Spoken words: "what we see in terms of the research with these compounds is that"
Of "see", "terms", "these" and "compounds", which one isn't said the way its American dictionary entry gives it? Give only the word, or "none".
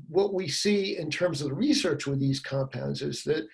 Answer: none